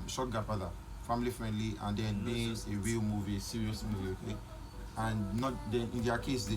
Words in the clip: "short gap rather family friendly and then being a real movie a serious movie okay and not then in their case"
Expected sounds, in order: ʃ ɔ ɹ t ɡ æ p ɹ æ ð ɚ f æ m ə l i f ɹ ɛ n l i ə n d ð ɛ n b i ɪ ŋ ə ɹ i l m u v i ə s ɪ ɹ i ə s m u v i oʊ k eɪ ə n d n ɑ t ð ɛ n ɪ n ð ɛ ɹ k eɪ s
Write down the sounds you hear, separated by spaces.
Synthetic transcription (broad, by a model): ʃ ɔ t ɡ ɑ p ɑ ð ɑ f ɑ m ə l i f ɹ ɛ n l i ə n d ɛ n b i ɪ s ə w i m u v i s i ɹ i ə s m u v i oʊ k eɪ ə n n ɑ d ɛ n ɪ n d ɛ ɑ k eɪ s